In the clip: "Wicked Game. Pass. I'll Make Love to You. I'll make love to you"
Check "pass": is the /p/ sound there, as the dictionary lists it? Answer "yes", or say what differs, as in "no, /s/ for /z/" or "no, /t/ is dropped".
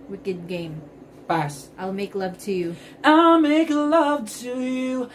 no, /b/ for /p/